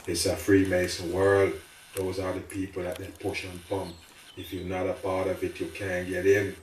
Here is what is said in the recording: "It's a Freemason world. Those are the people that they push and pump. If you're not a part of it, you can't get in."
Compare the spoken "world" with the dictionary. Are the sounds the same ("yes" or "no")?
yes